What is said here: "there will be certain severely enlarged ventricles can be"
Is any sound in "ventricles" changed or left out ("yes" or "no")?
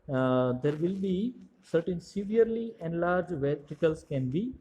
yes